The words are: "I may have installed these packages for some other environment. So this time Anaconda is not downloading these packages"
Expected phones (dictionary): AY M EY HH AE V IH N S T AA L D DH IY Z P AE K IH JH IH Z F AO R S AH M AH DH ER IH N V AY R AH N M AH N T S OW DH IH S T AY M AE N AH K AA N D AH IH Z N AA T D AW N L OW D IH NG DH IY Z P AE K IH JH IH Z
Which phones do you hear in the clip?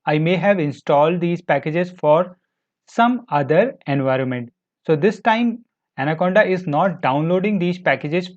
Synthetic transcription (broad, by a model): AY M EY HH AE V IH N S T AA L D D IY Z P AE K IH JH IH Z F AO R S AH M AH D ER IH N V AY R AH N M AH N T S OW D IH S T AY M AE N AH K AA N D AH IH Z N AA T D AW N L OW D IH NG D IY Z P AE K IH JH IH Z